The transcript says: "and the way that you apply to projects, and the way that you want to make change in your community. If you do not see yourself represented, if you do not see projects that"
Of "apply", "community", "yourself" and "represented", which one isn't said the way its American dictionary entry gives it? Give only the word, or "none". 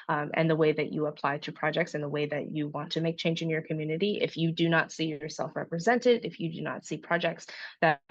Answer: none